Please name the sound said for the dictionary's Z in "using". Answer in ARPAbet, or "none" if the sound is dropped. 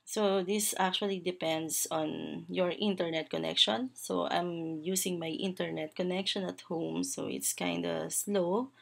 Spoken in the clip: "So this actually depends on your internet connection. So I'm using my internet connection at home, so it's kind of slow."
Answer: S